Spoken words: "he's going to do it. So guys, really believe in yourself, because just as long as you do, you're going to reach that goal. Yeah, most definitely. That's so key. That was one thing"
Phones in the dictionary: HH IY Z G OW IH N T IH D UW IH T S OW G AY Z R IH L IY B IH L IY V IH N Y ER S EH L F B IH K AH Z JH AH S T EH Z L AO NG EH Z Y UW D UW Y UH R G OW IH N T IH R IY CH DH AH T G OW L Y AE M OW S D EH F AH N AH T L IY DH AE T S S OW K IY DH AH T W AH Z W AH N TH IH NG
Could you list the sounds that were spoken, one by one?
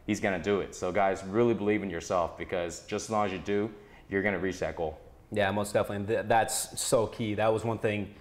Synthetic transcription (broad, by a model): HH IY Z G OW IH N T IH D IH IH T S OW G AY Z R IH L IY B IH L IY V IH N Y ER S EH L F B IH K AH Z JH AH S T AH Z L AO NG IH Z Y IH D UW Y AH R G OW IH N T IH R IY CH DH AH T G OW L Y AE M OW S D EH F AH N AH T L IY DH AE T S S OW K IY DH AH T W AH Z W AH N TH IH NG